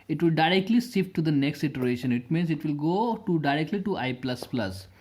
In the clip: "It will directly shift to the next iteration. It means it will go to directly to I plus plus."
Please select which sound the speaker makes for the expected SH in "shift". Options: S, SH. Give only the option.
S